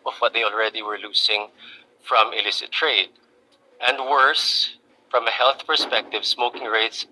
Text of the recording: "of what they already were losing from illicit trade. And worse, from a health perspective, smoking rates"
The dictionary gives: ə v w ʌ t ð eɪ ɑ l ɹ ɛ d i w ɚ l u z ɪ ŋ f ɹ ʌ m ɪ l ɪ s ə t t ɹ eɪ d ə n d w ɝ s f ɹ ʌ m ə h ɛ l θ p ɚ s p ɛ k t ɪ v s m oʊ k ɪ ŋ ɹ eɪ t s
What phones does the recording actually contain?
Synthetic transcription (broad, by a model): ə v w ʌ t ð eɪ ɑ l ɹ ɛ d i w ɚ l u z ɪ ŋ f ɹ ʌ m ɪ l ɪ s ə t t ɹ eɪ d ə n d w ɝ s f ɹ ʌ m ə h ɛ l θ p ɚ s p ɛ k t ɪ v s m oʊ k ɪ ŋ ɹ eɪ t s